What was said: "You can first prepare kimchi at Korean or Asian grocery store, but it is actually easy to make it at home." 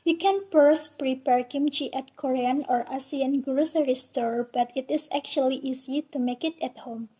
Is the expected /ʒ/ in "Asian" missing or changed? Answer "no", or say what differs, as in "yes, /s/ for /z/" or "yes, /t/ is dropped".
yes, /s/ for /ʒ/